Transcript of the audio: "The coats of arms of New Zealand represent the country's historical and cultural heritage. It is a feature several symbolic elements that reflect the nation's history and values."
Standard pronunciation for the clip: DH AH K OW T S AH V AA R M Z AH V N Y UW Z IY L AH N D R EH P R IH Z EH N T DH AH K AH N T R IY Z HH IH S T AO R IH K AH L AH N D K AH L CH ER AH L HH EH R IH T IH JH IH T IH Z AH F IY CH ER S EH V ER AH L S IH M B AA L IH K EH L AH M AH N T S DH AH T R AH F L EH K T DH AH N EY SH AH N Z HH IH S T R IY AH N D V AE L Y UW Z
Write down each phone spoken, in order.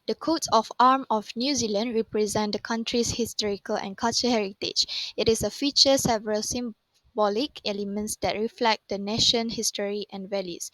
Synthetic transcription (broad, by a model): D AH K OW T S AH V AA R M AH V N Y UW Z IY L AH N D R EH P R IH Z EH N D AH K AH N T R IY S HH IH S T AO R IH K AH L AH N K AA L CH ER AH HH EH R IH T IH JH IH T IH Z AH F IY CH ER S EH V ER AH L S IH M B AA L IH K EH L AH M AH N T S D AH T R AH F L EH K T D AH N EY SH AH N HH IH S T R IY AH N V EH L Y UW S